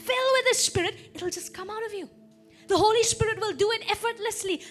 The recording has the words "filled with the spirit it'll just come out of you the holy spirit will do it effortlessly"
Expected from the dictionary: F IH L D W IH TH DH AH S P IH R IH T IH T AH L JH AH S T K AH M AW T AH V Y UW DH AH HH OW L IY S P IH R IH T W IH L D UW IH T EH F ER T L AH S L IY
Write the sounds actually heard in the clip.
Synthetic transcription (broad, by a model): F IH L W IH DH AH S P IH R IH T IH T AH L JH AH S K AH M AW T AH V Y UW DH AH HH OW L IY S P IH R IH T W IH L D UW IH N EH F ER T L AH S L IY